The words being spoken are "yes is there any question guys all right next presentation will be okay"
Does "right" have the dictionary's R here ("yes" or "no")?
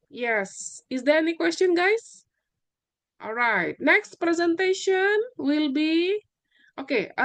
yes